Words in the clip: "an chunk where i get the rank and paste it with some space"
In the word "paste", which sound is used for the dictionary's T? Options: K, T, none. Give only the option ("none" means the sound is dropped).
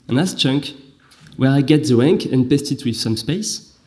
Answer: T